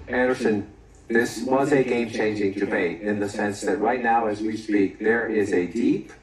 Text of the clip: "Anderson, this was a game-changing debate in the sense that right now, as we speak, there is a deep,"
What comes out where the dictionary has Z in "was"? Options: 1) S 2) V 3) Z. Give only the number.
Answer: 3